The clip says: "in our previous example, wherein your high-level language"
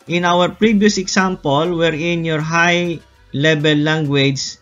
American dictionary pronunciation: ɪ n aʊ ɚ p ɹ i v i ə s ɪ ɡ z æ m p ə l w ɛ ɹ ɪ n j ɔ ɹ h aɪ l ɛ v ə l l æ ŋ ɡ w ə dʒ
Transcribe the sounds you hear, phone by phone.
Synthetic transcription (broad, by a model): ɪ n aʊ ɚ p ɹ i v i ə s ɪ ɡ s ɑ m p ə l w ɛ ɹ ɪ n j ɔ ɹ h aɪ l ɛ b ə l l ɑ ŋ ɡ w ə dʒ